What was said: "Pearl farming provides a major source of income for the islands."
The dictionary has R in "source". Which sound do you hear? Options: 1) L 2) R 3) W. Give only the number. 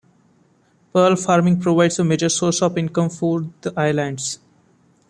2